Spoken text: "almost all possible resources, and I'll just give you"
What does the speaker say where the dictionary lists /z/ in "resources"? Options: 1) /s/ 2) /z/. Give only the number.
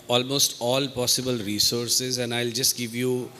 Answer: 2